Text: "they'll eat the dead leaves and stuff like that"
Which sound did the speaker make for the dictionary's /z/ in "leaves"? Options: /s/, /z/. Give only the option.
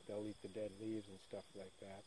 /z/